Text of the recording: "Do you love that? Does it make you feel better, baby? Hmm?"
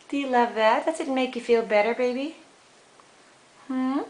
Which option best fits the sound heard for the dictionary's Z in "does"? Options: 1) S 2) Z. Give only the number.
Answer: 1